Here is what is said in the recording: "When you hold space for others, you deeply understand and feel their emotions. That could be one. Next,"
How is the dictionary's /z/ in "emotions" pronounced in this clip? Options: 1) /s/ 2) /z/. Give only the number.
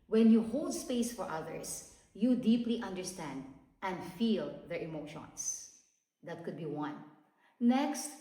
1